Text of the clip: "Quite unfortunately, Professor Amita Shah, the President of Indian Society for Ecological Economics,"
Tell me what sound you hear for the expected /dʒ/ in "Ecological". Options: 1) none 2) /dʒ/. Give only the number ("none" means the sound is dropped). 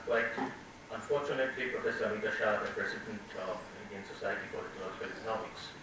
1